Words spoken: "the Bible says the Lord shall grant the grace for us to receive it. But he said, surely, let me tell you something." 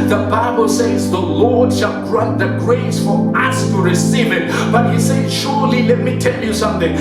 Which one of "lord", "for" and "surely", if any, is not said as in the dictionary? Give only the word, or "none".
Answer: none